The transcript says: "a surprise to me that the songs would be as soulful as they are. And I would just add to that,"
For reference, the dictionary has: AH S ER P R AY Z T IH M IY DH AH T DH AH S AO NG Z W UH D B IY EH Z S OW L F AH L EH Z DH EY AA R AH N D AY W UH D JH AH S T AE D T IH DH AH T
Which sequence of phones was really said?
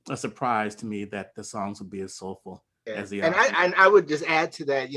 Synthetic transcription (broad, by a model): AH S ER P R AY Z T IH M IY DH AH T DH AH S AO NG Z W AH D B IY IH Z S OW L F L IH Z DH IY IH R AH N AY W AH D JH AH S T AE D T IH DH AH T